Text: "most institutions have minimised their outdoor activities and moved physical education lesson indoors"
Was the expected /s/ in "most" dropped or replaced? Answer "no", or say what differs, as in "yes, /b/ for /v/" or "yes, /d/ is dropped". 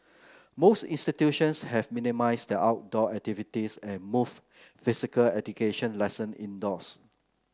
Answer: no